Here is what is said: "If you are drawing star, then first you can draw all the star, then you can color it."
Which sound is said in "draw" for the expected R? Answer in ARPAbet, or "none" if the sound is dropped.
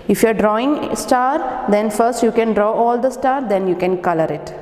R